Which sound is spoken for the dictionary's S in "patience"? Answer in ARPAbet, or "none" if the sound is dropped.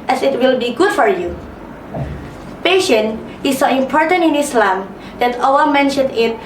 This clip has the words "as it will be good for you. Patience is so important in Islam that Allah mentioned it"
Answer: none